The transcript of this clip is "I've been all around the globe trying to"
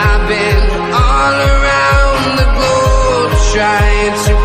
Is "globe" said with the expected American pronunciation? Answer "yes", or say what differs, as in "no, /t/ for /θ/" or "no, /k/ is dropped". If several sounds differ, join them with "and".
no, /l/ is dropped